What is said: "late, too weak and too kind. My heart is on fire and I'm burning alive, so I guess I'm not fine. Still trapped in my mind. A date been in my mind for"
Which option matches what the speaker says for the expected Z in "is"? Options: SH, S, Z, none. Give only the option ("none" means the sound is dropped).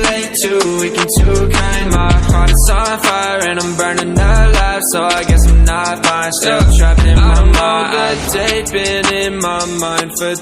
S